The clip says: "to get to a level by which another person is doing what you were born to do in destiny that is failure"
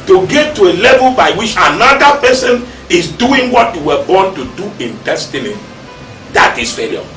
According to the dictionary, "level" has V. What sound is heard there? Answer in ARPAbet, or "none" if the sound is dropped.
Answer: V